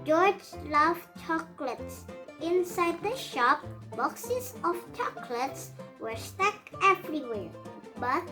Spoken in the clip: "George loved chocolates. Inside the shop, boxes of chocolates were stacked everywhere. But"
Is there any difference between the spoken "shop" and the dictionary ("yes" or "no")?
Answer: no